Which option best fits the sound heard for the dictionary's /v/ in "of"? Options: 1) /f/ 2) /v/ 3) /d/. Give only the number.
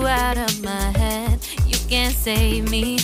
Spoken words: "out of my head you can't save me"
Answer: 2